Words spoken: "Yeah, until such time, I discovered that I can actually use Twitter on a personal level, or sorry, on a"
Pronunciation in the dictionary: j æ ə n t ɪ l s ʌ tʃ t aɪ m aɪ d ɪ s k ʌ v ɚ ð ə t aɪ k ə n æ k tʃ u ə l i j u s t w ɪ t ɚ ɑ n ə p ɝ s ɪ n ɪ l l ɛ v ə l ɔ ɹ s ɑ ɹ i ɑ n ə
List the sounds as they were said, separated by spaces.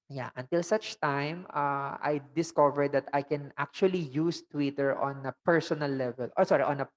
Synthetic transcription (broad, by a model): j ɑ ə n t ɪ l s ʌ tʃ t aɪ m aɪ d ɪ s k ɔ v ɚ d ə t aɪ k ə n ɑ k tʃ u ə l i j u s t w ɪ t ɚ ɑ n ə p ɝ s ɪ n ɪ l l ɛ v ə l ɔ ɹ s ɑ ɹ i ɑ n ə